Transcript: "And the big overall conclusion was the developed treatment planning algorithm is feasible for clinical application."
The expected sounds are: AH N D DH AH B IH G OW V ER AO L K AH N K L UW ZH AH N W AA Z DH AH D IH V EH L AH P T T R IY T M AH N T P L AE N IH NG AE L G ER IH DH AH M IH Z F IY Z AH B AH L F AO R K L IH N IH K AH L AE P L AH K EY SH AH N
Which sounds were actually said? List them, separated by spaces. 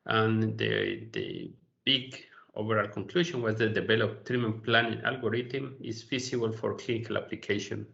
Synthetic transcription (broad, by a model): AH N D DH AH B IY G OW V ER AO L K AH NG K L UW SH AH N W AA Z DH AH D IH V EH L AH P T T R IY M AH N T P L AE N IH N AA L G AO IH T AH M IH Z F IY S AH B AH L F AO R K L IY N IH K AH L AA P L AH K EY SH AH N